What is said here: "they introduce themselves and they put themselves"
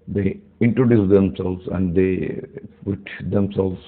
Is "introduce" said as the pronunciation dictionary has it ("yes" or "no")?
yes